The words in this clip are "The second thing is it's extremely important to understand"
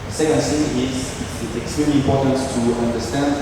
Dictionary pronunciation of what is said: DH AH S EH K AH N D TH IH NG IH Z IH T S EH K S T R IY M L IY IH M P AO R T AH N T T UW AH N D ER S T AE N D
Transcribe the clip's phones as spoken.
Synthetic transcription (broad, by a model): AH S EH K AH N D S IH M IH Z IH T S EH K S T R IY M L IY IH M P AO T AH N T T UW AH N D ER S T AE N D